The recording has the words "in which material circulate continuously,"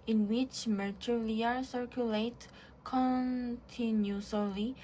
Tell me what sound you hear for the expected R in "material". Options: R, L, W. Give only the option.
L